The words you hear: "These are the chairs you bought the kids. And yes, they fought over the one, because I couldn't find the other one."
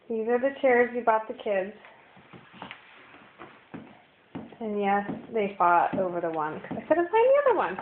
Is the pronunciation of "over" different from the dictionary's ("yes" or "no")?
no